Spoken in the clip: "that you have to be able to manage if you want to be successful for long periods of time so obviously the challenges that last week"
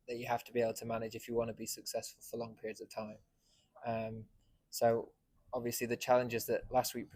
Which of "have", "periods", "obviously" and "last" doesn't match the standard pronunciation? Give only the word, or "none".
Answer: have